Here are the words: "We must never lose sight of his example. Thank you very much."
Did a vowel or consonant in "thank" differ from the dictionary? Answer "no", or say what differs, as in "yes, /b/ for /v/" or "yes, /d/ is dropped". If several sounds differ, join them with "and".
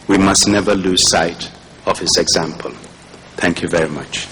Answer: no